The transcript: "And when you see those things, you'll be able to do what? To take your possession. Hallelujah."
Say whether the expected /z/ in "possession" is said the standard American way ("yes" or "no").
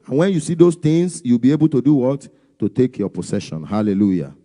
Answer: no